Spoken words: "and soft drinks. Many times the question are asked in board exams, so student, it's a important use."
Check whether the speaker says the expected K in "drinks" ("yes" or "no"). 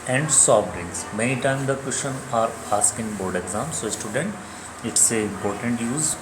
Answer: no